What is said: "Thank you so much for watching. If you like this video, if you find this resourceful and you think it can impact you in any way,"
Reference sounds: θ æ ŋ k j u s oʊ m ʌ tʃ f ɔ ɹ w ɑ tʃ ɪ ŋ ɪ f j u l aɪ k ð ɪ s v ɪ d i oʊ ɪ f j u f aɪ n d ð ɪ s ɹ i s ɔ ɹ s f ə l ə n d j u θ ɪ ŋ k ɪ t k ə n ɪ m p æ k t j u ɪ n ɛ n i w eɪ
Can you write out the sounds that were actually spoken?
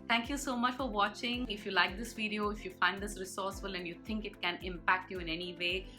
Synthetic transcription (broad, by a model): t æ ŋ k j u s oʊ m ʌ tʃ f ɔ ɹ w ɑ tʃ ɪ ŋ ɪ f j u l aɪ k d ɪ s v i d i oʊ ɪ f j u f aɪ n d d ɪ s ɹ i s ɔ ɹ s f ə l ə n d j u t ɪ ŋ k ɪ t k ə n ɪ m p æ k t j u ɪ n ɛ n i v eɪ